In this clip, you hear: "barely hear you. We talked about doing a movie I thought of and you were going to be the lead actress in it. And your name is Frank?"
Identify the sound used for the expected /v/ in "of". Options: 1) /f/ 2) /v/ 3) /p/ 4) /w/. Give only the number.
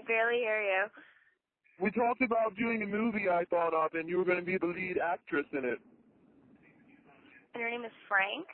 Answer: 3